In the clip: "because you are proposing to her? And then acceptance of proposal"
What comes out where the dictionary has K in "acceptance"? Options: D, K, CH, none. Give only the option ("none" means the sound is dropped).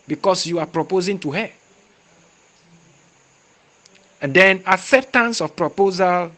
none